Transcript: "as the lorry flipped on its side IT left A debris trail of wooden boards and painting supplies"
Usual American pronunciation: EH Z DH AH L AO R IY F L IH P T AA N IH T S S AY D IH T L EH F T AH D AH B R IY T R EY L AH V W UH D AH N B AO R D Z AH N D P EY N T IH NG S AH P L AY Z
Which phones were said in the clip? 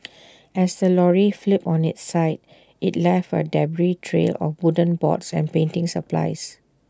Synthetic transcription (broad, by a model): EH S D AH L AO R IY F L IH P AA N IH T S S AY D IH T L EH F AH D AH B R IY T R EY L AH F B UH D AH N B AO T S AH N P EY N T IH NG S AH P L AY S